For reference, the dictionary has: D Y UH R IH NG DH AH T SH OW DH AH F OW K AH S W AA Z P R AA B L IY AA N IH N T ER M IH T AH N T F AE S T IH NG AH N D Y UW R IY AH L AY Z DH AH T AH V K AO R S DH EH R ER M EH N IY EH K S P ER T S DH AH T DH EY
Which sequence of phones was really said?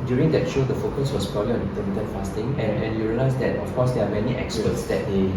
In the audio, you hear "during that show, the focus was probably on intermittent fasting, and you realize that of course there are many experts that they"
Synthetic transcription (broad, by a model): D Y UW R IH NG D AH T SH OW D AH F OW K AH S W AA S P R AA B L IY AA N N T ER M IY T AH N F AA S T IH NG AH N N Y UW R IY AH L AY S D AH T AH F K AO S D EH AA M EH N IY EH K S ER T S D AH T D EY